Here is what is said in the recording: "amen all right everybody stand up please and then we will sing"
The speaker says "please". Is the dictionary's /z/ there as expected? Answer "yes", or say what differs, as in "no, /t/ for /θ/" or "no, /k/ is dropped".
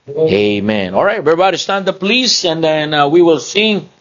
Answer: no, /s/ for /z/